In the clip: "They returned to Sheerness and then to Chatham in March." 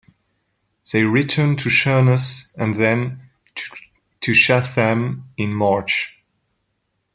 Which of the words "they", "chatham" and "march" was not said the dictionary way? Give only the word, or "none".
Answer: chatham